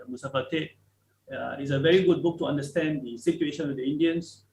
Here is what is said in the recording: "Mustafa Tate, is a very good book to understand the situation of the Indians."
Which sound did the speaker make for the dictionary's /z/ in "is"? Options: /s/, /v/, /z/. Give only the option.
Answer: /s/